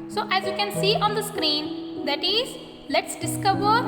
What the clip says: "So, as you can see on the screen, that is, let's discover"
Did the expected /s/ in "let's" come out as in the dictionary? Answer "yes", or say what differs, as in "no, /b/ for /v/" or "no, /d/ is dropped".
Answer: yes